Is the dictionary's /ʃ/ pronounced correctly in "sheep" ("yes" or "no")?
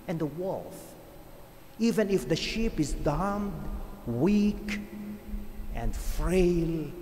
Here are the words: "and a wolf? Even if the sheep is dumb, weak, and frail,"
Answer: yes